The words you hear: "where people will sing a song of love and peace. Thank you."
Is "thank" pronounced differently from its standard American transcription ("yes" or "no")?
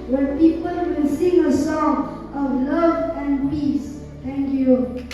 yes